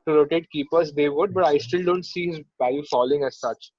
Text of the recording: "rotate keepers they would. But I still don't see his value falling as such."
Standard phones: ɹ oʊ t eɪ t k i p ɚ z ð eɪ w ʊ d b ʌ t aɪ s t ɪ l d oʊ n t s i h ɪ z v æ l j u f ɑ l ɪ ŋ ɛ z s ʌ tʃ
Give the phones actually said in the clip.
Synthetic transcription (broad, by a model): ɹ oʊ t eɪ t k i p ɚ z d eɪ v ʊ d b ʌ t aɪ s t ɪ l d oʊ n t s i h ɪ z b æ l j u f ɑ l ɪ ŋ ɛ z s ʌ tʃ